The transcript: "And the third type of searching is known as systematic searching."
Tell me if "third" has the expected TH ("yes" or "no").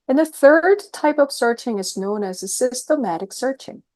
yes